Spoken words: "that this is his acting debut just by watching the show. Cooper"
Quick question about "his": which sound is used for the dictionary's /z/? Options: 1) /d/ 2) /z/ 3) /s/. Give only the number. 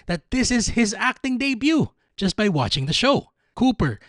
2